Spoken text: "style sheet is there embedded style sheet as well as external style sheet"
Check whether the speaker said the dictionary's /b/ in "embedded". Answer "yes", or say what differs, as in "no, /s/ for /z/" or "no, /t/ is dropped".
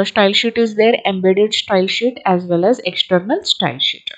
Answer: yes